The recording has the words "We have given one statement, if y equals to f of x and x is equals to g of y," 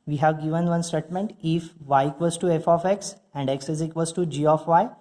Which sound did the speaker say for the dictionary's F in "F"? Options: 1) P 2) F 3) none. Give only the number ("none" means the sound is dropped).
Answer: 2